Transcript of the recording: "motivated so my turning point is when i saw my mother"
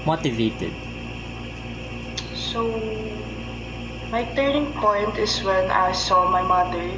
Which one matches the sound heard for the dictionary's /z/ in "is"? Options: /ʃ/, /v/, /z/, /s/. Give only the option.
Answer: /s/